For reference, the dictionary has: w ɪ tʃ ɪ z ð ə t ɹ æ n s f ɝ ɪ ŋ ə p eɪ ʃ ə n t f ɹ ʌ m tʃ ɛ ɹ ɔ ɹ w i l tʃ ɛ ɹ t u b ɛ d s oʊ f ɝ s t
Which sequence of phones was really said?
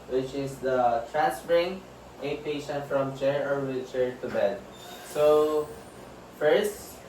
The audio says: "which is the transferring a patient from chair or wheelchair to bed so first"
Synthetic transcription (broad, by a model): w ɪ tʃ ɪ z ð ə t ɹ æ n s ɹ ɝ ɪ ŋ ə p eɪ ʃ ə n t f ɹ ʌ m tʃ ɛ ɹ ɔ ɹ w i tʃ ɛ ɹ t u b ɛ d s oʊ f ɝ s t